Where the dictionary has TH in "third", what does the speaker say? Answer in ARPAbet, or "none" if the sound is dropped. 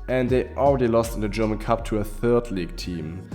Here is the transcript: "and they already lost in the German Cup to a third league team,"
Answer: TH